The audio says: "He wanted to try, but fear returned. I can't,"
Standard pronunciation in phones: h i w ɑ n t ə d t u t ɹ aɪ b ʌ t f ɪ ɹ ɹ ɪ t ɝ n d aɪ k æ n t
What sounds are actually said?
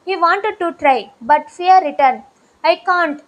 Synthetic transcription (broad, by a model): h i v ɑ n t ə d t u t ɹ aɪ b ʌ t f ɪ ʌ ɹ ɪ t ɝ n aɪ k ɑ n t